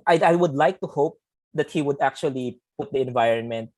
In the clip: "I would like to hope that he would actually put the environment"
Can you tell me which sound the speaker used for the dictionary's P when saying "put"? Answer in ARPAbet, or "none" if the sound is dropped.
P